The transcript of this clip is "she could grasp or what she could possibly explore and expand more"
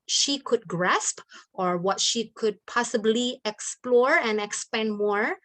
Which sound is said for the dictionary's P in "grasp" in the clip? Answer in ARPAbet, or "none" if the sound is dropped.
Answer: P